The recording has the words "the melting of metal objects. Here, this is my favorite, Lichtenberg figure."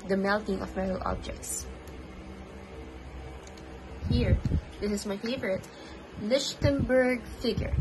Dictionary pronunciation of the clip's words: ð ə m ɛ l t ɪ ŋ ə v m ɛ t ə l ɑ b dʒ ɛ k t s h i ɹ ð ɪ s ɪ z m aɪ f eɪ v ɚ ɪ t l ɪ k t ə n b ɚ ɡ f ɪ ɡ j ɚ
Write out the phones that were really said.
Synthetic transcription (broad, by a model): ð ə m ɛ l t ɪ ŋ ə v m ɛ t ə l ɑ b dʒ ɛ k t s h i ɹ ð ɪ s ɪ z m aɪ f eɪ v ɚ ɪ t l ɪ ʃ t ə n b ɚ ɡ f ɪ ɡ j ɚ